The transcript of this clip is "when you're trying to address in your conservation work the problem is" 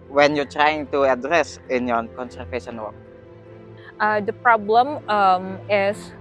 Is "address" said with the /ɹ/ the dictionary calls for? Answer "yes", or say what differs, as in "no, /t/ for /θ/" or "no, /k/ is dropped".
yes